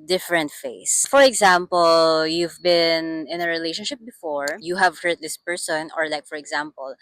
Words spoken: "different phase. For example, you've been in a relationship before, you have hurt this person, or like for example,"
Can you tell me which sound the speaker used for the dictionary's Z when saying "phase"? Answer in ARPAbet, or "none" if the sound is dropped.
S